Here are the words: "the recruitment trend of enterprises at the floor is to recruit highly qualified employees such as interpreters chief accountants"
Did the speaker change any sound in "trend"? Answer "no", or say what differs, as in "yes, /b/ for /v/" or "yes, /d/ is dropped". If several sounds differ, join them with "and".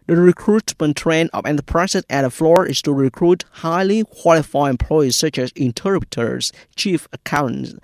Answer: yes, /d/ is dropped